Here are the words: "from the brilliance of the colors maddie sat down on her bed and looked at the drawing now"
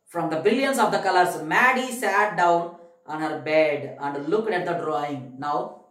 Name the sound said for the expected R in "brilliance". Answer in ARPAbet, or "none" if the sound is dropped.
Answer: none